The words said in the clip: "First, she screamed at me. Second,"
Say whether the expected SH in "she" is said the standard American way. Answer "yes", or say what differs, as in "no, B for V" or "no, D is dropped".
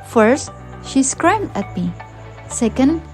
yes